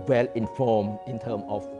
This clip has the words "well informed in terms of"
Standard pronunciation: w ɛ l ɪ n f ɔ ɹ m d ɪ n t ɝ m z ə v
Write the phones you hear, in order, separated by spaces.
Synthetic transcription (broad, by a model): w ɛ l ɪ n f ɔ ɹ m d ɪ n t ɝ m ə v